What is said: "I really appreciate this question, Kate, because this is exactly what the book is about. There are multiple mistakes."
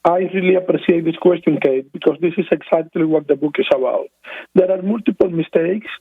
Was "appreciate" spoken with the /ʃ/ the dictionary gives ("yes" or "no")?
no